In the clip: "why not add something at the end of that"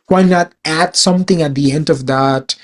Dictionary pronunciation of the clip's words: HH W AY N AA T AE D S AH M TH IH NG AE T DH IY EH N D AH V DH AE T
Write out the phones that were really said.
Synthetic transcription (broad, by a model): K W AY N AA T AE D S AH M T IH NG AE T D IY EH N D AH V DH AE T